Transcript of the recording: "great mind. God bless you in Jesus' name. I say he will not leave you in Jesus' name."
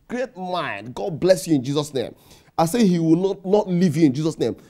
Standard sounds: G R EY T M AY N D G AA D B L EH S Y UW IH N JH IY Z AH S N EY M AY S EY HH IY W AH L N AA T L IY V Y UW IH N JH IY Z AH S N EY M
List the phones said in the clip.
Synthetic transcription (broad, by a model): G R EY T M AY N D G AA D B L EH S Y UW IH N JH IY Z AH S N EY M AY S EY HH IY W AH N N AA T L IY V Y UW IH N JH IY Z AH S N EY M